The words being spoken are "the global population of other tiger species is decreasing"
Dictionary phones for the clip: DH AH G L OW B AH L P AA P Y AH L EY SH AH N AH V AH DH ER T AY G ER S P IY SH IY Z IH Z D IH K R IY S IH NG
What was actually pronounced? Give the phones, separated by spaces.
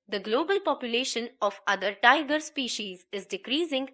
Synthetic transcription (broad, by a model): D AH G L OW B AH L P AA P Y AH L EY SH AH N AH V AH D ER T AY G ER S P IY SH IY Z IH Z D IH K R IY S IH NG